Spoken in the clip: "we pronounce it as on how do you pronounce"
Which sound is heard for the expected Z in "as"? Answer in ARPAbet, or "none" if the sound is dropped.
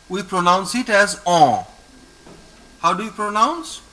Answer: Z